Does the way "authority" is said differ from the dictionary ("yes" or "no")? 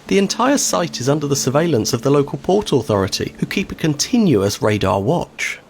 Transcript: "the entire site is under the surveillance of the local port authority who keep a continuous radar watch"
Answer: no